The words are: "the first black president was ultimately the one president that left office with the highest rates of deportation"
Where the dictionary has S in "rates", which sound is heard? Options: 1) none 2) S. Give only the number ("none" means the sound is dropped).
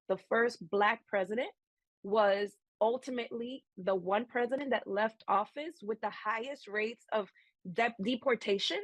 2